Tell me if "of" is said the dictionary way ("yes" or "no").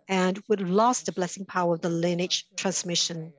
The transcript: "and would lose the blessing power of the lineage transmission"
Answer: yes